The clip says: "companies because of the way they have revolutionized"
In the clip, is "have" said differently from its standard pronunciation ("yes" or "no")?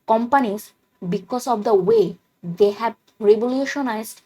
yes